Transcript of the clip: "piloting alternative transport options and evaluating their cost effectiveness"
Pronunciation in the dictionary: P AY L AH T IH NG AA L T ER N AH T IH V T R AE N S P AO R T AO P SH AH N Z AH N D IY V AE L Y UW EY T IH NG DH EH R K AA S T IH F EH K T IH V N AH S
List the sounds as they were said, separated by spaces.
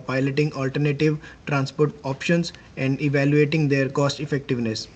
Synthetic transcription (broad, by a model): P AY L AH T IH NG AA L T ER N AH T IH V T R AE N S P AO R T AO P SH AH N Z AH N D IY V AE L Y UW EY T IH NG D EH R K AA S T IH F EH K T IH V N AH S